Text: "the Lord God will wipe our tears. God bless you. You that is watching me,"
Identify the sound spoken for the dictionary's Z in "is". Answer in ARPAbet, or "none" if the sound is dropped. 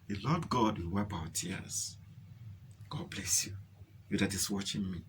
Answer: S